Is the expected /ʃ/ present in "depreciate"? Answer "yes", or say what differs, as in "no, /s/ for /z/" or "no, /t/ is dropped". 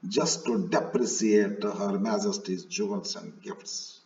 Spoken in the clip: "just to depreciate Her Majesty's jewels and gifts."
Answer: no, /s/ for /ʃ/